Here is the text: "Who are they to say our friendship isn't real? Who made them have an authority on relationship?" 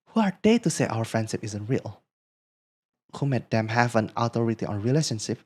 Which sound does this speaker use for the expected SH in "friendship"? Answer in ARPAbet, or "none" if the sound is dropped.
SH